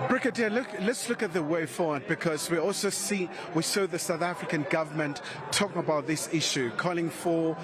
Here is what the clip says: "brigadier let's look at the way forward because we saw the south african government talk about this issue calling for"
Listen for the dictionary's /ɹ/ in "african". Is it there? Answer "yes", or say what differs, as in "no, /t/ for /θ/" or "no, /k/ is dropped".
yes